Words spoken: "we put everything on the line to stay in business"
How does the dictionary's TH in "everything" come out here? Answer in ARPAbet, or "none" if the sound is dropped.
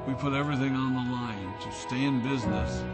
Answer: TH